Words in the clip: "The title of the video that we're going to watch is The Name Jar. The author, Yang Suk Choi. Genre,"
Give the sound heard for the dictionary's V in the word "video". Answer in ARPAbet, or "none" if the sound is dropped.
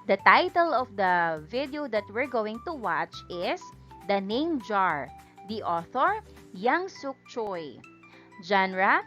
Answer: V